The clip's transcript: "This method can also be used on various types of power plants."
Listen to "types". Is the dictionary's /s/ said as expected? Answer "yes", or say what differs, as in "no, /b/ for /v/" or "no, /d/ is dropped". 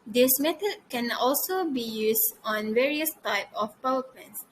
no, /s/ is dropped